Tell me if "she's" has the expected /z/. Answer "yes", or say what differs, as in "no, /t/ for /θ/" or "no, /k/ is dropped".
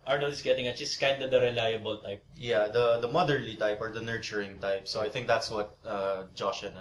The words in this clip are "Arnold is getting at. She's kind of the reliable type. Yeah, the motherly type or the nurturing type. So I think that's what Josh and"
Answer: no, /s/ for /z/